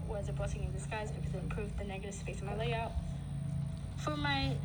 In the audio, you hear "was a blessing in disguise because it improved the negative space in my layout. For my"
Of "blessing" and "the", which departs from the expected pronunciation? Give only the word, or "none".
blessing